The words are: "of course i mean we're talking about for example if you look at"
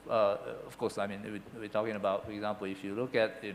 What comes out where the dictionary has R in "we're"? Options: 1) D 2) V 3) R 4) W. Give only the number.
4